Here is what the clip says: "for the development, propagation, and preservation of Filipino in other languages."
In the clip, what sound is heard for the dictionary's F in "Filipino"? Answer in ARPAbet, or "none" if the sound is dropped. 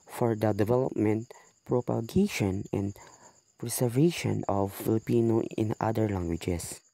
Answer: F